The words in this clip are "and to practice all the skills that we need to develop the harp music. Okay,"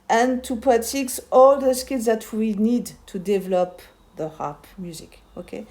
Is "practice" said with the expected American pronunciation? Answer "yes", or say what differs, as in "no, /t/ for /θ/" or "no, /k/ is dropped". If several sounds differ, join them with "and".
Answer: no, /k/ is dropped